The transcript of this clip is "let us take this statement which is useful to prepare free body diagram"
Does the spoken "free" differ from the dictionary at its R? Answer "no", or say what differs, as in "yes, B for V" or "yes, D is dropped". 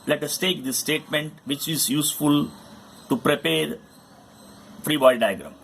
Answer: no